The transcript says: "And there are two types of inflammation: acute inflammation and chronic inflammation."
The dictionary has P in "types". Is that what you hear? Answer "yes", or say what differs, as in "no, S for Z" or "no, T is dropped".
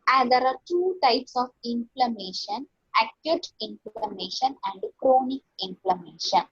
yes